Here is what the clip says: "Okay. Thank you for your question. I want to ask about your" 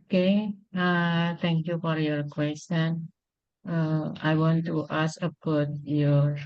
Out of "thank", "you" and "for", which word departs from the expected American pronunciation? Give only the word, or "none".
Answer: thank